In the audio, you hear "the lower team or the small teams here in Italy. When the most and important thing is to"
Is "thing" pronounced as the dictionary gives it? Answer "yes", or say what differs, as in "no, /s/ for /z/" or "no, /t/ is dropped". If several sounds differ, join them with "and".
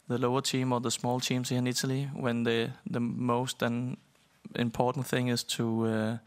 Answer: yes